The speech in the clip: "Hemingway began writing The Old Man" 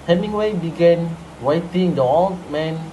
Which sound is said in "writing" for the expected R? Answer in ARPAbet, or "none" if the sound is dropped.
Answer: W